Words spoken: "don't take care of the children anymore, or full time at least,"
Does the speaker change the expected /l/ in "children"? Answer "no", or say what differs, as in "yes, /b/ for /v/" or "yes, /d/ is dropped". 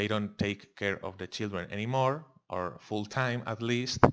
no